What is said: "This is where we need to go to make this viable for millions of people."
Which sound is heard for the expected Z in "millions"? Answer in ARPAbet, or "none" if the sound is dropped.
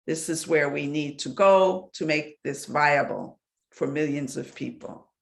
Z